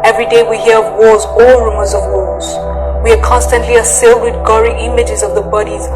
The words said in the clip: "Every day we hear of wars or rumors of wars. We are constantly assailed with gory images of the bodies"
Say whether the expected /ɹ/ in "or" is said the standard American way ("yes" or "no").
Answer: no